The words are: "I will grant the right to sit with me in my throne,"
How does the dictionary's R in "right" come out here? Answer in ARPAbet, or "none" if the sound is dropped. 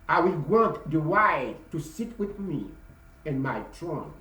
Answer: W